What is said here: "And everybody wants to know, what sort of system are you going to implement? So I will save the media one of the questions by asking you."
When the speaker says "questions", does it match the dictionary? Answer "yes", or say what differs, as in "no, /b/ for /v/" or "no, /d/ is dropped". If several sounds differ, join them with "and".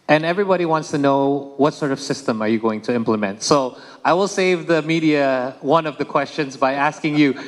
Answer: yes